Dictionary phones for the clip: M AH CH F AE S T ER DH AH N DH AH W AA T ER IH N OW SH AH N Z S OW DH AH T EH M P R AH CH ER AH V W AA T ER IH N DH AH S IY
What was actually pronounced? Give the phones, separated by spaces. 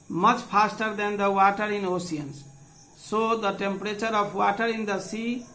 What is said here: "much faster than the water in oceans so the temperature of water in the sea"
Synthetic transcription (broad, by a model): M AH CH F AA S T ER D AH N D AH W AA T ER IH N OW S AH N S OW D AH T EH M P R AH CH ER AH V W AA T ER IH N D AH S IY